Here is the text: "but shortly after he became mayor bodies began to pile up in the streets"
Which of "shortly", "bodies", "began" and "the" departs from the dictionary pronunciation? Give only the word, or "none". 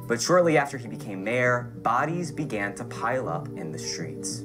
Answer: none